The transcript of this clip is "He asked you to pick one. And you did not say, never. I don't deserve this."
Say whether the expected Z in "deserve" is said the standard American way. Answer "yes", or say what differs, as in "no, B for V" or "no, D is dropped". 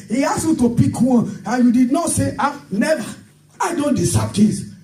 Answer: no, S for Z